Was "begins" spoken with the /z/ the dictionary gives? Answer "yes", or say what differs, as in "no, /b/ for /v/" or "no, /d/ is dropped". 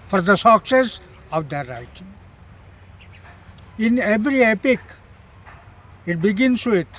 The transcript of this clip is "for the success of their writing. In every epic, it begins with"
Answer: no, /s/ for /z/